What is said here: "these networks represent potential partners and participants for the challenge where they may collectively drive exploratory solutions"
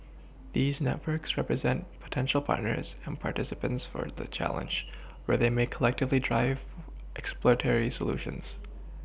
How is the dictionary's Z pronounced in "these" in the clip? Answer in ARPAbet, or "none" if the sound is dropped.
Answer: Z